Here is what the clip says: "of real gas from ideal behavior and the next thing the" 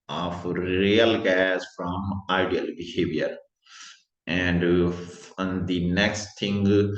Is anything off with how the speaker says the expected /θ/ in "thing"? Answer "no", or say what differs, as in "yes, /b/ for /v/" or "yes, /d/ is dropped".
yes, /t/ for /θ/